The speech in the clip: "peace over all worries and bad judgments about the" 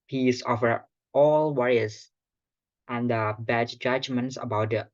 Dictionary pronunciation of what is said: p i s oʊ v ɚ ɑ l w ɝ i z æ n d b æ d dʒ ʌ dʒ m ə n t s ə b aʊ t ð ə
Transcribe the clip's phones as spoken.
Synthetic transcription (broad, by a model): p i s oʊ f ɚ ɑ l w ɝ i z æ n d b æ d dʒ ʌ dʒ m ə n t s ə b aʊ t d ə